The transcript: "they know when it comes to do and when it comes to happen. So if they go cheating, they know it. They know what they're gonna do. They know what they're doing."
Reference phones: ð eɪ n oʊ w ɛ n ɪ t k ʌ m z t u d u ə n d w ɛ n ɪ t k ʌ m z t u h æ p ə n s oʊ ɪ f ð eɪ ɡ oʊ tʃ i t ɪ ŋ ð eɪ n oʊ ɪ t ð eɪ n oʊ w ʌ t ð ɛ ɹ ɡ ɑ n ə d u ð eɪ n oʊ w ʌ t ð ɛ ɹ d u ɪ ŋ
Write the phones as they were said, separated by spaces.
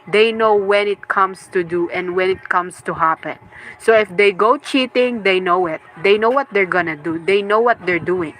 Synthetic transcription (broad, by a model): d eɪ n oʊ w ɛ n ɪ t k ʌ m s t u d u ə n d w ɛ n ɪ t k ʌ m s t u h æ p ə n s oʊ ɪ f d eɪ ɡ oʊ tʃ i t ɪ ŋ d eɪ n oʊ ɪ t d eɪ n oʊ w ʌ t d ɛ ɹ ɡ ɑ n ə d u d eɪ n oʊ w ʌ t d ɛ ɹ d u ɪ ŋ